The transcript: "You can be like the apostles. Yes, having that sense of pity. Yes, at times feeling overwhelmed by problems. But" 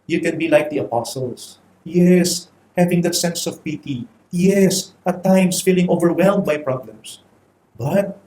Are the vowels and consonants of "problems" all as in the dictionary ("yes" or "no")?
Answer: no